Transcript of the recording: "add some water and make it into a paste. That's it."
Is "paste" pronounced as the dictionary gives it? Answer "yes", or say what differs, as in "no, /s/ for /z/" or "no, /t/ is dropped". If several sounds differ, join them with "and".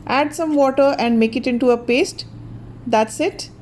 yes